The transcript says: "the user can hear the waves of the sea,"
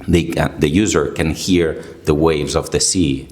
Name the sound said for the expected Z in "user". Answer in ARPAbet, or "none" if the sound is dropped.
Z